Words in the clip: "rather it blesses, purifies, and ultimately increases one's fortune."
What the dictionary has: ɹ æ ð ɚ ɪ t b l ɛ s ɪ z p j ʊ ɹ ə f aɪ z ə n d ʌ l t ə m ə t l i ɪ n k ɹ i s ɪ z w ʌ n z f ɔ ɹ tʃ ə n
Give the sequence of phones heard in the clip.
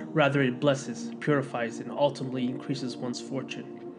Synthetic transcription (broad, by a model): ɹ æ ð ɚ ɪ t b l ɛ s ɪ z p j ʊ ɹ ə f aɪ z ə n ʌ l t ə m ə t l i ɪ n k ɹ i s ɪ z w ʌ n z f ɔ ɹ tʃ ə n